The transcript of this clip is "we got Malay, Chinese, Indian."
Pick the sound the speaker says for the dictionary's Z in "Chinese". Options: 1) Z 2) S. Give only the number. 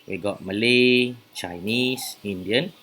2